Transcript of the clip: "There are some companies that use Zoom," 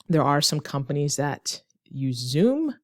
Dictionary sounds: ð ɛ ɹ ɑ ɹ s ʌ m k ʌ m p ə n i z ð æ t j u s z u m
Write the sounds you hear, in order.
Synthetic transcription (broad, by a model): ð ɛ ɹ ɑ ɹ s ʌ m k ʌ m p ə n i z ð æ t j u z u m